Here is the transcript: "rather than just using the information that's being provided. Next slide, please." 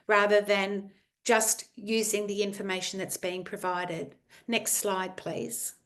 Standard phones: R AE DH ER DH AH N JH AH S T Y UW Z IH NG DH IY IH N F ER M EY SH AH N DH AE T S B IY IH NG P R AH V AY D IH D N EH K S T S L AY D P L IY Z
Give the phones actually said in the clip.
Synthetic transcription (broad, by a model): R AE DH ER DH AH N JH AH S T Y UW Z IH NG DH IY IH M F ER M EY SH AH N DH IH T S B IY IH NG P R AH V AY D IH D N EH K S T S L AY D P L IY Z